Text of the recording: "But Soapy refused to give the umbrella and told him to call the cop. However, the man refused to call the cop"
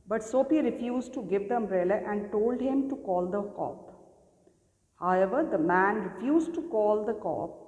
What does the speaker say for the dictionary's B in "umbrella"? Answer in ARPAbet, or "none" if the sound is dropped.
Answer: none